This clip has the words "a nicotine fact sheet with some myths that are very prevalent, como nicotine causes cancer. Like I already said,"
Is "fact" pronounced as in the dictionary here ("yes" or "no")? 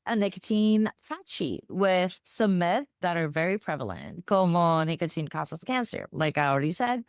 no